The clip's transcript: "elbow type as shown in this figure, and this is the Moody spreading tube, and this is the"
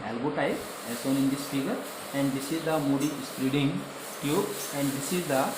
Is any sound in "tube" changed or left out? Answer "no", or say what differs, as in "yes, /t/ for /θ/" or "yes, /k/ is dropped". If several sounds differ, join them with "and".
yes, /b/ is dropped